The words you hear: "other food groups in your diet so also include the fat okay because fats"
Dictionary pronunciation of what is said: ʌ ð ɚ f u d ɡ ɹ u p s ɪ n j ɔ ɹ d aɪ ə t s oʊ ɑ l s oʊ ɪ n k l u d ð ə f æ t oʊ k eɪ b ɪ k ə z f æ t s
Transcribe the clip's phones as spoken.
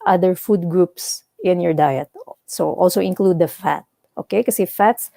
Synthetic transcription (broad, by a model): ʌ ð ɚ f u d ɡ ɹ u p s ɪ n j ɔ ɹ d aɪ ə t s oʊ ɑ l s oʊ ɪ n k l u d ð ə f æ t oʊ k eɪ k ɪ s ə f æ t s